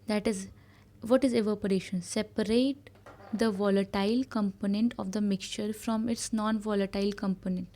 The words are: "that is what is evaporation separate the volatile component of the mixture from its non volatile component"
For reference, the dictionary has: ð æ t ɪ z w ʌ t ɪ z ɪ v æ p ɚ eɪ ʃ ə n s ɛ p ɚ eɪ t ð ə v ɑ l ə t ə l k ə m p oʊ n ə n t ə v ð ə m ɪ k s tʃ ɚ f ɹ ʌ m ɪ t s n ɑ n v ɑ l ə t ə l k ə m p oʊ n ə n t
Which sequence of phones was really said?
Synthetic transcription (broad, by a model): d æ t ɪ z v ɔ t ɪ z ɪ v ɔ p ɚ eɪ ʃ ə n s ɛ p ɚ eɪ t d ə v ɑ l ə t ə l k ə m p oʊ n ə n t ə v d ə m ɪ k s tʃ ɚ f ɹ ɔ m ɪ t s n ɑ n v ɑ l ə t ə l k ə m p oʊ n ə n t